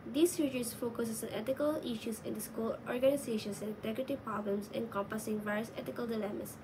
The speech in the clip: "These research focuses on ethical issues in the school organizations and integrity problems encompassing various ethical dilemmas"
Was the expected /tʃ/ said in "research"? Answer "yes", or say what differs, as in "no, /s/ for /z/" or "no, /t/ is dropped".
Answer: no, /s/ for /tʃ/